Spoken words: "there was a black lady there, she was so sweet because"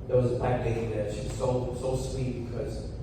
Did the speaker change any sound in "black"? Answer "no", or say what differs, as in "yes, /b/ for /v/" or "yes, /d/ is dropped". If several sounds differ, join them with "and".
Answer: yes, /l/ is dropped